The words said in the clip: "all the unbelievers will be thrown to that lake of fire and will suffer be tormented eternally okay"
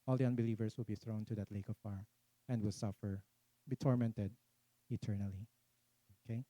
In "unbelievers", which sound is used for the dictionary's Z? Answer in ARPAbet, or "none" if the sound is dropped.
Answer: S